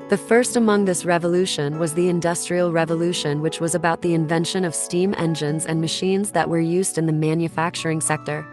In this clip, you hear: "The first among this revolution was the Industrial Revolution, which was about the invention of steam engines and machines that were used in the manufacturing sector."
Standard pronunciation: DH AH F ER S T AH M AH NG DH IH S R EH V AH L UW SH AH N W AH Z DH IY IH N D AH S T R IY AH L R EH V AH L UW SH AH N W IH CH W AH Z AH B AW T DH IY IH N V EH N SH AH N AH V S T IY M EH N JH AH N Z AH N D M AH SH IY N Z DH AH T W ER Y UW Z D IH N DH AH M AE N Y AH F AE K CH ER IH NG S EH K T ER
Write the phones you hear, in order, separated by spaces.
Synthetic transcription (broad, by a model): DH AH F ER S T AH M AH NG DH IH S R EH V AH L UW SH AH N W AH Z DH IY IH N D AH S T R IY L R EH V AH L UW SH AH N W IH CH W AH Z AH B AW T DH IY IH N V EH N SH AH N AH V S T IY M EH N JH AH N Z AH N M AH SH IY N Z DH AH T W ER Y UW Z D IH N DH AH M AE N Y AH F AE K CH ER IH NG S EH K T ER